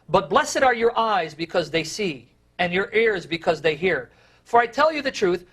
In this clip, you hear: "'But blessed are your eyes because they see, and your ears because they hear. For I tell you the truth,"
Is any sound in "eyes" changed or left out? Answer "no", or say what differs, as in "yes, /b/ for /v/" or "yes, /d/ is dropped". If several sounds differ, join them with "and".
no